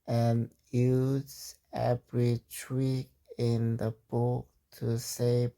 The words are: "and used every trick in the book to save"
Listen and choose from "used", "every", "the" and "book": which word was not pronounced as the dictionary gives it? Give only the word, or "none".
used